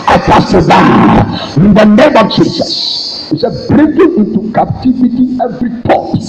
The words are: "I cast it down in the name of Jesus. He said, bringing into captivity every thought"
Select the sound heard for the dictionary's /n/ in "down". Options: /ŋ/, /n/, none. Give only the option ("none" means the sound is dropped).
none